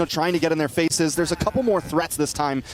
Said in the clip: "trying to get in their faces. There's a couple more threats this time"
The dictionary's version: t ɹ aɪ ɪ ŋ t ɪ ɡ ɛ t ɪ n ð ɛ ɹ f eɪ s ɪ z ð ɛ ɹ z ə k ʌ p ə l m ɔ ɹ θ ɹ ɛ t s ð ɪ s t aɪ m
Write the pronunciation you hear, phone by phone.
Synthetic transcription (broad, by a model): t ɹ aɪ ɪ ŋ t ɪ ɡ ɛ t ɪ n ð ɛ ɹ f eɪ s ɪ z ð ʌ ɹ z ə k ʌ p l m ɔ ɹ θ ɹ ɛ t s ð ɪ s t aɪ m